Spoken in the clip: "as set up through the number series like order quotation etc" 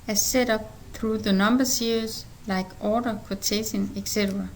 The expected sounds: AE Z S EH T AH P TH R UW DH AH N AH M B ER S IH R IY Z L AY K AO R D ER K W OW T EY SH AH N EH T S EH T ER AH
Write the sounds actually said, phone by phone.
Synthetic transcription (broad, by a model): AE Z S EH T AH P TH R UW DH AH N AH M B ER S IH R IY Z L AY K AO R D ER K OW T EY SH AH N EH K S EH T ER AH